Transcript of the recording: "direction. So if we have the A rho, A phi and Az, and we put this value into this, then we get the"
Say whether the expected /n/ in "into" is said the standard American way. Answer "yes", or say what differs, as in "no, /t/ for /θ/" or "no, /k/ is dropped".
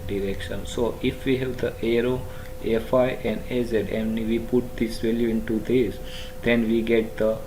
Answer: yes